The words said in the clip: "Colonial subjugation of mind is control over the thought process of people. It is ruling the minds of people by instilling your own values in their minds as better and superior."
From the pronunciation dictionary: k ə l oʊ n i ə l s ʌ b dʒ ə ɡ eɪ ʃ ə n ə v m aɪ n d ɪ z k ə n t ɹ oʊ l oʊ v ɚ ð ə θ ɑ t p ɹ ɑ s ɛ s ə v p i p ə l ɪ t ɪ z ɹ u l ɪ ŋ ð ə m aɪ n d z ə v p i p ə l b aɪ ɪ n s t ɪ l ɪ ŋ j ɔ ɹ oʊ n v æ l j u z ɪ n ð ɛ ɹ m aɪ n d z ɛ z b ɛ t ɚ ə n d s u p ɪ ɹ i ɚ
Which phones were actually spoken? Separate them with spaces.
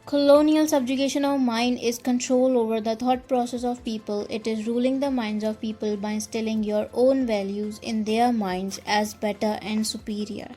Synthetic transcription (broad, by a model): k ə l oʊ n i ə l s ʌ b dʒ ə ɡ eɪ ʃ ə n ə v m aɪ n d ɪ z k ə n t ɹ oʊ l oʊ v ɚ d ə t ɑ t p ɹ ɑ s ɛ s ə v p i p ə l ɪ t ɪ z ɹ u l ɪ ŋ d ə m aɪ n d z ə v p i p ə l b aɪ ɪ s t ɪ l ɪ ŋ j ɔ ɹ oʊ n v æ l j u z ɪ n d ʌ ɹ m aɪ n d z ɛ z b ɛ t ɚ ə n d s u p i ɹ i ɚ